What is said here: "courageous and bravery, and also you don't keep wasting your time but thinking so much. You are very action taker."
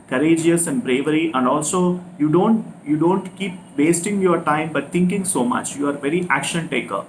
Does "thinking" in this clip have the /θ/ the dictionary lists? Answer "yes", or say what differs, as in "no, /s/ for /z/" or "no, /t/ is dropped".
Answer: no, /t/ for /θ/